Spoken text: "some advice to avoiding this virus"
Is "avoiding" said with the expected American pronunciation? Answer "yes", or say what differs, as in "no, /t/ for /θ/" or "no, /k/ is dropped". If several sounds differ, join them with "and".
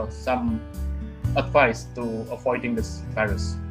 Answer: no, /p/ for /v/